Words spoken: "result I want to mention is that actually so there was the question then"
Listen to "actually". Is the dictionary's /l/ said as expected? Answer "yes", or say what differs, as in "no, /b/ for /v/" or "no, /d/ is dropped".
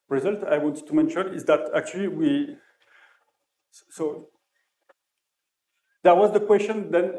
no, /w/ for /l/